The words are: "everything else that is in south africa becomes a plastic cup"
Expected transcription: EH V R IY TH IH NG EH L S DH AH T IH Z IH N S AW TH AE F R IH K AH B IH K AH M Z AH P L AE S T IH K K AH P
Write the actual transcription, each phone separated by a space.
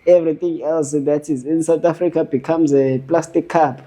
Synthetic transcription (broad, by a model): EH V R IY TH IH NG EH L S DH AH T IH Z IH N S AW T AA F R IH K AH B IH K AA M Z AH P L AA S T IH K K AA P